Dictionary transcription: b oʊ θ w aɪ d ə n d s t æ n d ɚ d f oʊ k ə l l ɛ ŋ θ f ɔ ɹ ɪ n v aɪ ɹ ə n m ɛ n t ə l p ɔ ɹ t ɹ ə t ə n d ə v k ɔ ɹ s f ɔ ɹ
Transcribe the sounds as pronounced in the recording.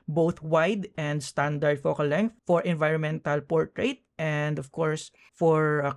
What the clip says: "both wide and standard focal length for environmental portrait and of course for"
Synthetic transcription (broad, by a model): b oʊ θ w aɪ d ə n d s t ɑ n d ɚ d f oʊ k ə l l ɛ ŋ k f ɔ ɹ ɪ n v aɪ ɹ ə n m ɛ n t ə l p ɔ ɹ t ɹ ə t ə n d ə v k ɔ ɹ s f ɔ ɹ